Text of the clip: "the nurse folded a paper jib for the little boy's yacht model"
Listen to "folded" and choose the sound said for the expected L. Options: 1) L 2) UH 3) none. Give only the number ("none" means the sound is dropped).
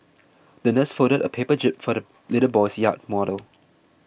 3